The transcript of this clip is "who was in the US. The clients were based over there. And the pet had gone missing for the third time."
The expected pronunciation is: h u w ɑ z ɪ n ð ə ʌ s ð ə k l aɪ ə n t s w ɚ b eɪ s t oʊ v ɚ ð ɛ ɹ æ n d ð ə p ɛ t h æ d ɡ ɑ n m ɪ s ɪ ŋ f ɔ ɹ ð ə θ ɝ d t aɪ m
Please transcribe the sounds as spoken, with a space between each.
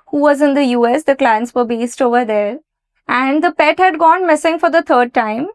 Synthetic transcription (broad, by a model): h u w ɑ z ɪ n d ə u s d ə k l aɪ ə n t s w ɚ b eɪ s t oʊ v ɚ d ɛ ɹ æ n d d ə p ɛ t h æ d ɡ ɑ n m ɪ s ɪ ŋ f ɔ ɹ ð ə t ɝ d t aɪ m